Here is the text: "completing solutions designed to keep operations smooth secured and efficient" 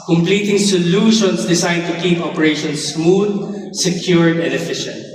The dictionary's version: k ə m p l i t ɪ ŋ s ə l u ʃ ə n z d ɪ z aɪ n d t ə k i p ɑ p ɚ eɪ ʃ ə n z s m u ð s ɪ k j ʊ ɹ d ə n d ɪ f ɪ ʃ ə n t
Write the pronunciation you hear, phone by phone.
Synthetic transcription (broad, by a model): k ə m p l i t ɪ ŋ s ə l u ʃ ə n s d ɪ s aɪ d t ə k i p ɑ p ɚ eɪ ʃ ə n s m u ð s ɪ k j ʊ ɹ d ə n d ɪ f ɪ ʃ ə n t